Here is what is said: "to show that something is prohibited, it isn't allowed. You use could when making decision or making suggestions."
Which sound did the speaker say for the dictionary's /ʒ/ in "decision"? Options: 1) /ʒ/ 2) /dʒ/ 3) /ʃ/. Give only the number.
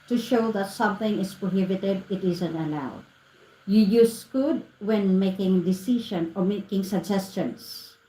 3